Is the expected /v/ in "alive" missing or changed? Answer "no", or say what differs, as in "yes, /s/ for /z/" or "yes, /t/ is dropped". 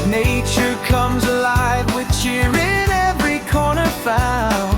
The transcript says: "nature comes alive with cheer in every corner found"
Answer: no